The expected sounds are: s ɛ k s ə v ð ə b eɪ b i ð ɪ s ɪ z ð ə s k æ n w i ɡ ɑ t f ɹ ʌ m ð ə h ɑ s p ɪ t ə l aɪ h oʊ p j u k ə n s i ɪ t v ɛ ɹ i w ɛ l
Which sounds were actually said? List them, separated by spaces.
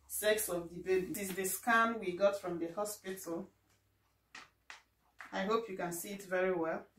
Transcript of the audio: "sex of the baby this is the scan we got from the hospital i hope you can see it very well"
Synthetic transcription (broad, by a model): s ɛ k s ə v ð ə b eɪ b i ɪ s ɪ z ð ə s k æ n w i ɡ ɑ t f ɹ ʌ m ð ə h ɑ s p ɪ t ə l aɪ h oʊ p j u k ə n s i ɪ t v ɛ ɹ i w ɛ l